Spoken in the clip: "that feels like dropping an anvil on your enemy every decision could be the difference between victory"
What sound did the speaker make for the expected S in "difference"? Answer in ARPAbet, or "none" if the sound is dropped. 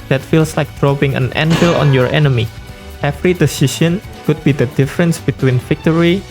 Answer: S